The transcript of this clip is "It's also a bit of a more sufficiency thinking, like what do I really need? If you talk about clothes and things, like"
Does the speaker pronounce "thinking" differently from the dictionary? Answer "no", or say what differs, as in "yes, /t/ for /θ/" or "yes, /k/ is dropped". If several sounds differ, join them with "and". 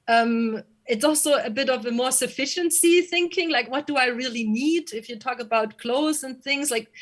no